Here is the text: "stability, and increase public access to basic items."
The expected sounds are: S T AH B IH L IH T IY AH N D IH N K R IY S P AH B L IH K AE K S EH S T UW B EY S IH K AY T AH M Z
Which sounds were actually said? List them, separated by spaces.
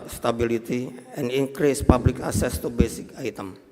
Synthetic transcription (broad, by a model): S T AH B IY L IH T IY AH N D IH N K R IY S P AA B L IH K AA S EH S T UW B EY S IH K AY T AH M